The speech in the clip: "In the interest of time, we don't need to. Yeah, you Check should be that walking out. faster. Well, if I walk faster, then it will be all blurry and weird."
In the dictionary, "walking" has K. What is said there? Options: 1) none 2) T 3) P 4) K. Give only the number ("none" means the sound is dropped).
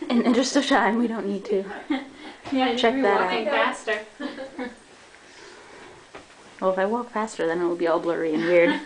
1